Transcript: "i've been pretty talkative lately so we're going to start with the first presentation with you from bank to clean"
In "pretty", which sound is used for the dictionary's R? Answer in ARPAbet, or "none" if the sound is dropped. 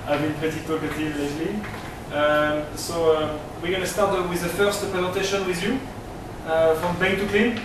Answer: none